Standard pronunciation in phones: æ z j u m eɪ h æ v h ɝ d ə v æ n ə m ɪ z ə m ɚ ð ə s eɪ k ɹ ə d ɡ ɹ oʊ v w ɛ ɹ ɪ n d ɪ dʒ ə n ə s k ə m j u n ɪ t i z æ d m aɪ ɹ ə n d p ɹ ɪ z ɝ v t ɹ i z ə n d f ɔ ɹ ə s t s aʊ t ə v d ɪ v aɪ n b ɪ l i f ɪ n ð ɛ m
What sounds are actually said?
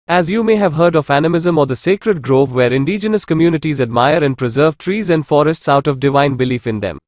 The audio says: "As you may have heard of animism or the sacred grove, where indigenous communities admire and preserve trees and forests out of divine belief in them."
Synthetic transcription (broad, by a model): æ z j u m eɪ h æ v h ɝ d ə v æ n ə m ɪ z ə m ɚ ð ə s eɪ k ɹ ə d ɡ ɹ oʊ v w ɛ ɹ ɪ n d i dʒ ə n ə s k ə m j u n ɪ t i z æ d m aɪ ɹ ə n d p ɹ ɪ z ɝ v t ɹ i z ə n d f ɔ ɹ ə s t s aʊ t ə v d ɪ v aɪ n b ɪ l i f ɪ n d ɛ m